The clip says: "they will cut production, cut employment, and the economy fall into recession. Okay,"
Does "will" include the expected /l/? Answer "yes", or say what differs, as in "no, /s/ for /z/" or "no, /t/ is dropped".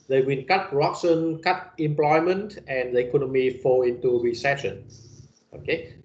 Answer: no, /n/ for /l/